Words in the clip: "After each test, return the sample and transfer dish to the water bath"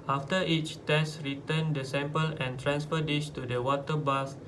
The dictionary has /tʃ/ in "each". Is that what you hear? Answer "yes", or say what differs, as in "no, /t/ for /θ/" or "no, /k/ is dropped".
yes